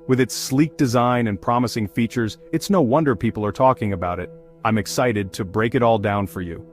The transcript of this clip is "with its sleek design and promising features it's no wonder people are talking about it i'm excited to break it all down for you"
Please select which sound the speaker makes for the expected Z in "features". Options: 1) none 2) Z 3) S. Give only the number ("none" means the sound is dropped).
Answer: 2